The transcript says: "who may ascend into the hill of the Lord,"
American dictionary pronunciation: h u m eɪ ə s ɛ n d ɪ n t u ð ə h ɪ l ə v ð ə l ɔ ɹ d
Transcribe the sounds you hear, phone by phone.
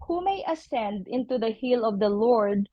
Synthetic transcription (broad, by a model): h u m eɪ ə s ɛ n d ɪ n t u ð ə h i l ə v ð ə l ɔ ɹ d